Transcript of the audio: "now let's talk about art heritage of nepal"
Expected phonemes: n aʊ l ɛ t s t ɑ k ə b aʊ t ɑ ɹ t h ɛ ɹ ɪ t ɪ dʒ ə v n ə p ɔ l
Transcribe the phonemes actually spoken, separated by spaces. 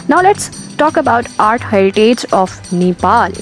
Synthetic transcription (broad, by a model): n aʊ l ɛ t s t ɑ k ə b aʊ t ɑ ɹ t h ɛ ɪ t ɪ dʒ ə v n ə p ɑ l